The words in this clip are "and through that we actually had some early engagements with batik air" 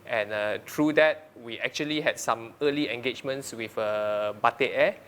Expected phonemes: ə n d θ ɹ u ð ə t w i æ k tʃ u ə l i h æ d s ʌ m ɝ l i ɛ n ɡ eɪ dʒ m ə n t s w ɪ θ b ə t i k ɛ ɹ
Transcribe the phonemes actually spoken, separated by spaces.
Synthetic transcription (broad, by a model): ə n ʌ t ɹ u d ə t w i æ k tʃ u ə l i h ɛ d s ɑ m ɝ l i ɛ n ɡ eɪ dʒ m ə n t s w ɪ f b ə t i ɛ